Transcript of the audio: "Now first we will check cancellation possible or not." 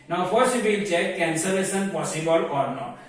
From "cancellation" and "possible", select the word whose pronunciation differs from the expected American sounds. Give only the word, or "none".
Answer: cancellation